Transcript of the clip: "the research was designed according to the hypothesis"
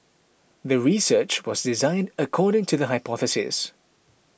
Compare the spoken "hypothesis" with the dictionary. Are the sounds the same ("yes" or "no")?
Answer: yes